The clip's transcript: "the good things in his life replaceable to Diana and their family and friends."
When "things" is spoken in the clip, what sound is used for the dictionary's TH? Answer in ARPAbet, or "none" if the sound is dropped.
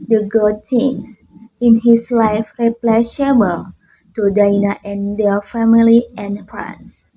T